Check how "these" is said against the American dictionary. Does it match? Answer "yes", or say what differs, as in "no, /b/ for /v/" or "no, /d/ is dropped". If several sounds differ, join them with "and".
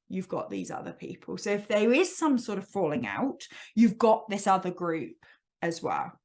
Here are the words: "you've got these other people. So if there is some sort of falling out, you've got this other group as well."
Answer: yes